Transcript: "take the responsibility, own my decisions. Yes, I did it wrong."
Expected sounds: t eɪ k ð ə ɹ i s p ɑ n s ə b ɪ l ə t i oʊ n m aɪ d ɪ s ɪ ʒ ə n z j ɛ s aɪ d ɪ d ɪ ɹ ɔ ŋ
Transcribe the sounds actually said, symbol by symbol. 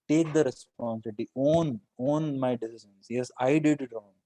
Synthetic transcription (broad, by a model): t eɪ k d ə ɹ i s p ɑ n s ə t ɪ ə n oʊ n m aɪ d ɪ s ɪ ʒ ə n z j ɛ s aɪ d ɪ d ɪ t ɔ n